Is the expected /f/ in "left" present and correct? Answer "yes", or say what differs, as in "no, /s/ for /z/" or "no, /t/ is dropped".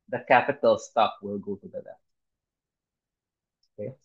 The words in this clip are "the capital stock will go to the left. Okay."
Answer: no, /f/ is dropped